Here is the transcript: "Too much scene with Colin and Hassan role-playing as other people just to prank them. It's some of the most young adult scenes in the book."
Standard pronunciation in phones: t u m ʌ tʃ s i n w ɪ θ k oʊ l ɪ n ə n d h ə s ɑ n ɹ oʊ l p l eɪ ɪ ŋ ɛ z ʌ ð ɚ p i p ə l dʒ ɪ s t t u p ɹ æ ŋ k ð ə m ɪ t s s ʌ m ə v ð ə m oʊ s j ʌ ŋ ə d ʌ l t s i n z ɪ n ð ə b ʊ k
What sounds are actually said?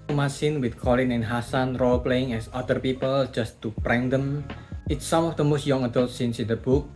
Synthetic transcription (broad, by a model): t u m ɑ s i n w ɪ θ k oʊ l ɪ n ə n h ə s ɑ n ɹ oʊ l p l eɪ ɪ ŋ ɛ s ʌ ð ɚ p i p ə l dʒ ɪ s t t u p ɹ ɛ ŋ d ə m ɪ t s s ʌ m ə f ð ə m oʊ s j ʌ ŋ ə d ʌ l t s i n s ɪ n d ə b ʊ k